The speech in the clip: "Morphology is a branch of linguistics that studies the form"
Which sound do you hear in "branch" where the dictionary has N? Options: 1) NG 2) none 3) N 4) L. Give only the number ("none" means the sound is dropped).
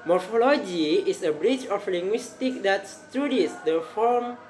2